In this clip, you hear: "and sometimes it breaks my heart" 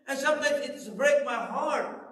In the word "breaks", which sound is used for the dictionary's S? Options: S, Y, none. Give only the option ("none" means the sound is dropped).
none